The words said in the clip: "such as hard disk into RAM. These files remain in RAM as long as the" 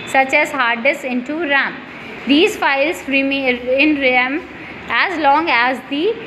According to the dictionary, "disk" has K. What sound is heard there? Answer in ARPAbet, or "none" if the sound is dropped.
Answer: none